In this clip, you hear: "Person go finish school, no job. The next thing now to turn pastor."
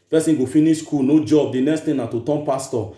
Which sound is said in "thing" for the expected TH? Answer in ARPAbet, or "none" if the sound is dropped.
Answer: T